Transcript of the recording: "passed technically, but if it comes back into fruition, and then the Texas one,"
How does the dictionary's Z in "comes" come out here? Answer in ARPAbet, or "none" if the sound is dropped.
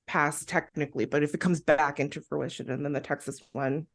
Z